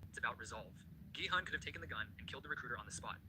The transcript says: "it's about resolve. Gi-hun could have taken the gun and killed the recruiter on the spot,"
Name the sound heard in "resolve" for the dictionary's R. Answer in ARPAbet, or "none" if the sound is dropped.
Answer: R